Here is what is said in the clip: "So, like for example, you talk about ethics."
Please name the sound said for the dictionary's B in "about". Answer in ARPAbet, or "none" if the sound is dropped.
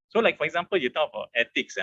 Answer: none